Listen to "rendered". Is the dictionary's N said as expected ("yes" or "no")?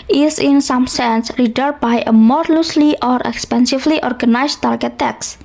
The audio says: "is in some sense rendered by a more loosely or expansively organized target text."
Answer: no